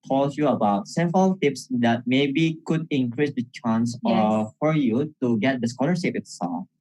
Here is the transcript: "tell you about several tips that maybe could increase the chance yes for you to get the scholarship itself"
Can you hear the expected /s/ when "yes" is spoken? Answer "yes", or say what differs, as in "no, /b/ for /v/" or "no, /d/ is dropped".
no, /s/ is dropped